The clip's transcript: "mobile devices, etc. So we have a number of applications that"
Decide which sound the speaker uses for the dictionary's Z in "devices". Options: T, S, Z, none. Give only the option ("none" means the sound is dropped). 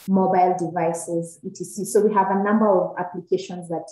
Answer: Z